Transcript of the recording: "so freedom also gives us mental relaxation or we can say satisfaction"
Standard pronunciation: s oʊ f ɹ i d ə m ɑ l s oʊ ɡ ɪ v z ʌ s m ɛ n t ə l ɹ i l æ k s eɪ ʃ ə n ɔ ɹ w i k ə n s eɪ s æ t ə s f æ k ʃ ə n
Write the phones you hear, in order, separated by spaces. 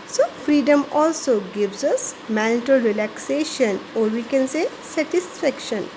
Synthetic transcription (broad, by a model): s oʊ f ɹ i d ə m ɑ l s oʊ ɡ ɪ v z ʌ s m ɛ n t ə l ɹ i l æ k s eɪ ʃ ə n ɔ ɹ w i k ə n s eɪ s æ t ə s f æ k ʃ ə n